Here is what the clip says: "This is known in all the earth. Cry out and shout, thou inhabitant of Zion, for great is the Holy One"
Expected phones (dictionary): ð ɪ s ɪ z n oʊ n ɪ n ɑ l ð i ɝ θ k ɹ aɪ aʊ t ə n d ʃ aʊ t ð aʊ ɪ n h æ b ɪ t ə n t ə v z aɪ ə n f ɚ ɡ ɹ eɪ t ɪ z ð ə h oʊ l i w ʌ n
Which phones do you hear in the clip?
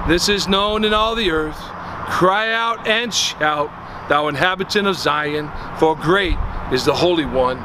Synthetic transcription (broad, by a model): ð ɪ s ɪ z n oʊ n ɪ n ɑ l ð i ɝ θ k ɹ aɪ aʊ t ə n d ʃ aʊ t ð aʊ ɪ n h æ b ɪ t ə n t ə v z aɪ ə n f ɚ ɡ ɹ eɪ t ɪ z ð ə h oʊ l i w ʌ n